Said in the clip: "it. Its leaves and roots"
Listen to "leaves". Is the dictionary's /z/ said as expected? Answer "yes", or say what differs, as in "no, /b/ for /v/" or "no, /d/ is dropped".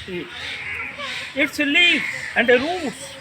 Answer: no, /z/ is dropped